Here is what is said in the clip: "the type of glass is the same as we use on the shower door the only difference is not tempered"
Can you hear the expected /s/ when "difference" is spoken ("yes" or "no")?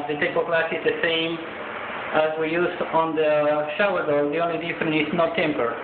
no